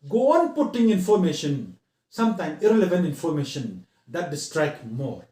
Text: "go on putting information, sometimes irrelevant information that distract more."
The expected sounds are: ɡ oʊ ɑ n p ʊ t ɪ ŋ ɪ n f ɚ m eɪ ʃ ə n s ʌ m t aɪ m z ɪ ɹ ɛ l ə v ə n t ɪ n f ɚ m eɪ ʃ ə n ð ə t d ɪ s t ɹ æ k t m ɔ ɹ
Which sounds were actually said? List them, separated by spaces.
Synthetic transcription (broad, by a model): ɡ oʊ ɑ n p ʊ t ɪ ŋ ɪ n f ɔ m eɪ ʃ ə n s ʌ m t aɪ m ɪ ɹ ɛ l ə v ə n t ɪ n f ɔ m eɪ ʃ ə n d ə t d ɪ s t ɹ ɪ k m ɔ ɹ